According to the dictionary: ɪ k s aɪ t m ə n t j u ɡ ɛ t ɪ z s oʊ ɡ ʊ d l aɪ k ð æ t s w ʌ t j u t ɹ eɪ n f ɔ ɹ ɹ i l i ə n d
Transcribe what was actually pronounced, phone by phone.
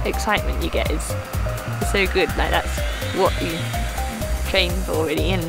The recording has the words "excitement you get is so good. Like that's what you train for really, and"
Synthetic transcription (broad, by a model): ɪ k s aɪ t m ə n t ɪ ɡ ɛ t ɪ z s oʊ ɡ ʊ d l aɪ k ð æ t s w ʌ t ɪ t ɹ eɪ n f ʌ l ɹ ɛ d i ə n